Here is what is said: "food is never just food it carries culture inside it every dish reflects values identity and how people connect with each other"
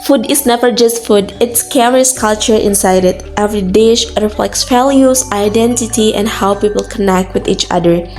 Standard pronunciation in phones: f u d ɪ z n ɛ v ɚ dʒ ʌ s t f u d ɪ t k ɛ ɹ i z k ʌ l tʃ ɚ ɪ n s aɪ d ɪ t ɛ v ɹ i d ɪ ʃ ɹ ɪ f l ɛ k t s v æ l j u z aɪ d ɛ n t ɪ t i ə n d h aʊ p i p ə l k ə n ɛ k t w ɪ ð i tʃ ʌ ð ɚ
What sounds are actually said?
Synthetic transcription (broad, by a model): f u d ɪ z n ɛ v ɚ dʒ ʌ s t f u d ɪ t k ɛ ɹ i s k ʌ l tʃ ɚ ɪ n s aɪ d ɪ t ɛ v ɹ i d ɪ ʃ ɹ ɪ f l ɛ k t s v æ l j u s aɪ d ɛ n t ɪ t i ə n d h aʊ p i p ə l k ə n ɛ k t w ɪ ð i tʃ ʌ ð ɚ